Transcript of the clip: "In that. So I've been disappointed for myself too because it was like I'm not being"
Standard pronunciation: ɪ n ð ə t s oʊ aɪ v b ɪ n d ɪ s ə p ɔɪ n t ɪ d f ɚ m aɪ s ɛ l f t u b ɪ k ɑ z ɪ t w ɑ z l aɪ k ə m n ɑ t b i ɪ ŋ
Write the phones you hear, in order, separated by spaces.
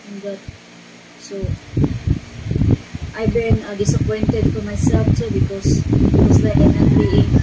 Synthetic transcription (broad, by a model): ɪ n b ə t s oʊ aɪ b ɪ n d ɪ s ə p ɔɪ n t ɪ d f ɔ m aɪ s ɛ l f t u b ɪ k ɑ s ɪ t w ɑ s l aɪ k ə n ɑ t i